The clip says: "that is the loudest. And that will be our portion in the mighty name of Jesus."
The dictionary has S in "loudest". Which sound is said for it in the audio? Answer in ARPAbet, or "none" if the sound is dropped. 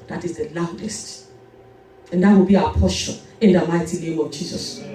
S